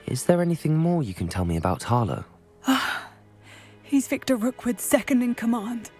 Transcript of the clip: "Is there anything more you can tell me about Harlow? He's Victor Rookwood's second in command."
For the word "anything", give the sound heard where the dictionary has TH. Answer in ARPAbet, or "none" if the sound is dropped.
TH